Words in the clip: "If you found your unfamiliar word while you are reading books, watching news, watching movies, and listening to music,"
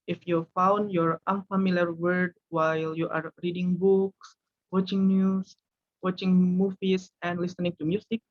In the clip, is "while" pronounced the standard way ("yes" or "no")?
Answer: yes